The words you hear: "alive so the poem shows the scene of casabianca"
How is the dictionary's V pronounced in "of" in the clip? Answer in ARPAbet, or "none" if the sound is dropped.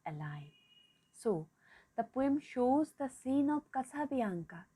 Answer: P